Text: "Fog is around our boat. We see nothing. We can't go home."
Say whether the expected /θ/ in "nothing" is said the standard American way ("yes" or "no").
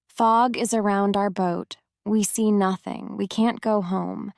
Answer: yes